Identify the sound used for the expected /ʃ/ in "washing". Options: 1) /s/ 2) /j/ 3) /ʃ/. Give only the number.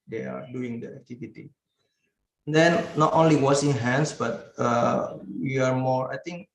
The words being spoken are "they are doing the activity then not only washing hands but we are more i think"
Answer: 1